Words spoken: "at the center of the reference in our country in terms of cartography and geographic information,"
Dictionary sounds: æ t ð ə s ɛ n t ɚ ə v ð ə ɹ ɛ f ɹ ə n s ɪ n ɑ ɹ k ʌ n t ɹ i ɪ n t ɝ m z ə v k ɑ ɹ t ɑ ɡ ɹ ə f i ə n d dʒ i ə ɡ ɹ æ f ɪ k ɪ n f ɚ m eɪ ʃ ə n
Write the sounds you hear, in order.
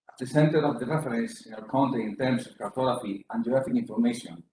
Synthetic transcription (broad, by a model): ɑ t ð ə s ɛ n t ɚ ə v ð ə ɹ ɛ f ɹ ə n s ɪ n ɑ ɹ k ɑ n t i ɪ n t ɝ m s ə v k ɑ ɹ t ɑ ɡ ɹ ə f i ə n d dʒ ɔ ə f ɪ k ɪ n f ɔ m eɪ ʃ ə n